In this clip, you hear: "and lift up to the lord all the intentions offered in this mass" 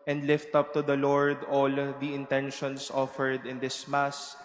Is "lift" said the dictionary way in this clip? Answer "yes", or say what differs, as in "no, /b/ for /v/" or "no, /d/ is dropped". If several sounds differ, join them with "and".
yes